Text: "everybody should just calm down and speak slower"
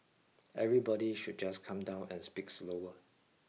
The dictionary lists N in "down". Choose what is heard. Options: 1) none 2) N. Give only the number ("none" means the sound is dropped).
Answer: 2